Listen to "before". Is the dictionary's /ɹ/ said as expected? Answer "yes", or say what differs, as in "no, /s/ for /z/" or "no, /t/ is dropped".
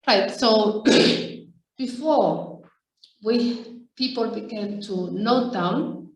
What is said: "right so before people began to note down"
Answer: no, /w/ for /ɹ/